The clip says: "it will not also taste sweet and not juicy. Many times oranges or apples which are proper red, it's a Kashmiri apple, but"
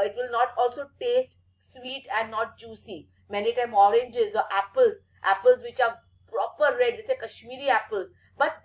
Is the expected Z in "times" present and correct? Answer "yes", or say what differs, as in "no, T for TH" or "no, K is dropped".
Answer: no, Z is dropped